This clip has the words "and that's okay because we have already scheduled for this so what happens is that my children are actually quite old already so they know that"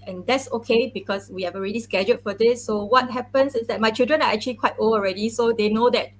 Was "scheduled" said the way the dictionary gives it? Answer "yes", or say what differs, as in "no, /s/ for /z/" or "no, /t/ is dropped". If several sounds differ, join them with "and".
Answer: no, /l/ is dropped